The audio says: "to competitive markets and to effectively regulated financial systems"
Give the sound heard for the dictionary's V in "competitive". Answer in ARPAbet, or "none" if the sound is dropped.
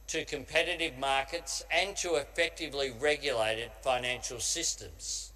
V